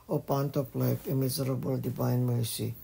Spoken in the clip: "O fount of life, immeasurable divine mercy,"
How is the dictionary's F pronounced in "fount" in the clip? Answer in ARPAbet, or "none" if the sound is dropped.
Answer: P